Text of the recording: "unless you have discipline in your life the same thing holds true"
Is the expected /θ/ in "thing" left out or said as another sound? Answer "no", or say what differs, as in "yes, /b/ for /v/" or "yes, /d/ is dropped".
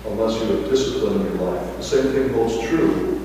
no